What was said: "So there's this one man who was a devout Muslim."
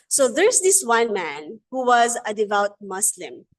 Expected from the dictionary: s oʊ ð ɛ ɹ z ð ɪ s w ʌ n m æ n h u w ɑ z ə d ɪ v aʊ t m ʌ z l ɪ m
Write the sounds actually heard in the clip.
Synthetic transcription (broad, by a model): s oʊ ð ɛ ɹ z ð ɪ s w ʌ n m æ n h u w ɑ z ə d ɪ v aʊ t m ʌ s l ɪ m